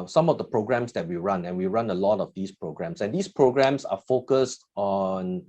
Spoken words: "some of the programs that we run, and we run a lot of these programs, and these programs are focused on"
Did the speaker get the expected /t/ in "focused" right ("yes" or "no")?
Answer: yes